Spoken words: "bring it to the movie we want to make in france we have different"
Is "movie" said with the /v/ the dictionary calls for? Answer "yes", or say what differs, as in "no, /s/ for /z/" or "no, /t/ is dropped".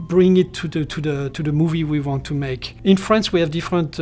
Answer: yes